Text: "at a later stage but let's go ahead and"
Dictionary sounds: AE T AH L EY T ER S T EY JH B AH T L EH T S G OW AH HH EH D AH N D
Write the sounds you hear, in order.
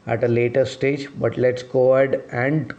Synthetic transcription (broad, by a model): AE T AH L EY T ER S T EY JH B AH T L EH T S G OW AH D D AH N D